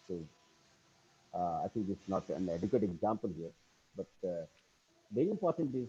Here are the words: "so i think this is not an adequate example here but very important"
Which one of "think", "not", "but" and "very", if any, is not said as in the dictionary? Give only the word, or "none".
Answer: think